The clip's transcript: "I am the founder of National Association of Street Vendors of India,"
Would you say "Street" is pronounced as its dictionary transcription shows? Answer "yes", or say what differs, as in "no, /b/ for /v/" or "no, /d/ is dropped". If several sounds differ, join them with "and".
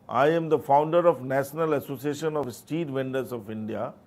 no, /ɹ/ is dropped